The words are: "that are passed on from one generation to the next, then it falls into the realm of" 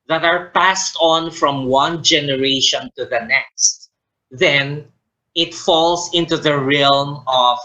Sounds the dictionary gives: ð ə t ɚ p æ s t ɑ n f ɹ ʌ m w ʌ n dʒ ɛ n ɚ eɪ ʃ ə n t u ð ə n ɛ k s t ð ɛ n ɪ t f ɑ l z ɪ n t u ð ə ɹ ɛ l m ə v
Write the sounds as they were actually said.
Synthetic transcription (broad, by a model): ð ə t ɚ p æ s t ɑ n f ɹ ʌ m w ʌ n dʒ ɛ n ɚ eɪ ʃ ə n t u ð ə n ɛ k s t ð ɛ n ɪ t f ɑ l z ɪ n t u ð ə ɹ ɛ l m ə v